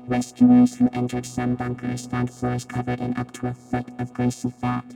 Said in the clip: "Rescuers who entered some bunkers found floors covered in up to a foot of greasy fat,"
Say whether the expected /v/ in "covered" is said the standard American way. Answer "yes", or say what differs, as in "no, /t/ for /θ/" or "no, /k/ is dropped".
yes